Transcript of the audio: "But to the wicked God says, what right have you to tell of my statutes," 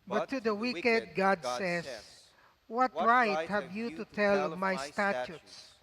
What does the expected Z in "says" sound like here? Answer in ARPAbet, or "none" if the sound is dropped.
S